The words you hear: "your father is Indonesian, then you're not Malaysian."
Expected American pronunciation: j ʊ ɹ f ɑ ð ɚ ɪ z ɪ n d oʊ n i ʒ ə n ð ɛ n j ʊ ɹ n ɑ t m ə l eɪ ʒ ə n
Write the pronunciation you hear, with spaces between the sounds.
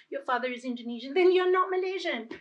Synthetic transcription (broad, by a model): j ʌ ɹ f ɑ ð ɚ ɪ z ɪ n d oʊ n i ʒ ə n ð ɛ n j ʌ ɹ n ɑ t m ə l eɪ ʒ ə n